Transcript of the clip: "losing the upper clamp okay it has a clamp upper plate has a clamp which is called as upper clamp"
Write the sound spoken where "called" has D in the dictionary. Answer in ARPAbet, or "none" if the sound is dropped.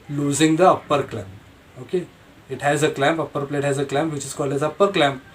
none